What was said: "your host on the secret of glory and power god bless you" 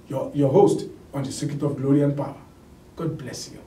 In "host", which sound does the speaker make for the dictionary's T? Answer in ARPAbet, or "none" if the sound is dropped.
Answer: T